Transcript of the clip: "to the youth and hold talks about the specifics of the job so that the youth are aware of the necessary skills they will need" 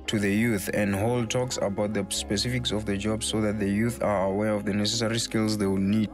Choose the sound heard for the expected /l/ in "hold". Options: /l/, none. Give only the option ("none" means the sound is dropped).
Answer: /l/